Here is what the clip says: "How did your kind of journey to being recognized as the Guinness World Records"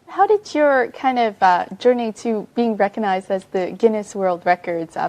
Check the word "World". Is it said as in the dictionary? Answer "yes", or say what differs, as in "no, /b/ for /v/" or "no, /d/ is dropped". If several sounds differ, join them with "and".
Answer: yes